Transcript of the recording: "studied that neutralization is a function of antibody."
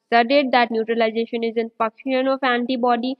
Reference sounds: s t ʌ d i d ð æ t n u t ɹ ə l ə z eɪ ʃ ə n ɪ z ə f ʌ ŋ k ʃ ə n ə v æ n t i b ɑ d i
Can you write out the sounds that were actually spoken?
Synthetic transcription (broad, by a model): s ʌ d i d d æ t n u t ɹ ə l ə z eɪ ʃ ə n ɪ z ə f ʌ k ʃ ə n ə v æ n t i b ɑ d i